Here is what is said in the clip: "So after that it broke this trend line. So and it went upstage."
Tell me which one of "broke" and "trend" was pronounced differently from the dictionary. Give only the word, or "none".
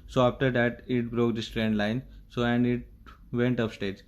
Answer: none